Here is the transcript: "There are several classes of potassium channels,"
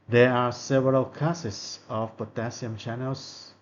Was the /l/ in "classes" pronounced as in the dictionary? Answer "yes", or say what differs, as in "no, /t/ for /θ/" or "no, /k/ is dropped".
no, /l/ is dropped